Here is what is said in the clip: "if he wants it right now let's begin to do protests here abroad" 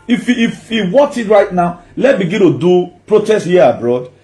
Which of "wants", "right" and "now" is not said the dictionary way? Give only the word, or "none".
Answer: wants